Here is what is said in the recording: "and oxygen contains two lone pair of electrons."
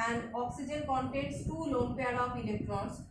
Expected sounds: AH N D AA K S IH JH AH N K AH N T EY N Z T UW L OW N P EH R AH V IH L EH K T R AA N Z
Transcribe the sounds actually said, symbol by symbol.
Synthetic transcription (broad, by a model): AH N D AA K S IH JH AH N K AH N T EY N S T UW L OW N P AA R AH P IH L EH K T R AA N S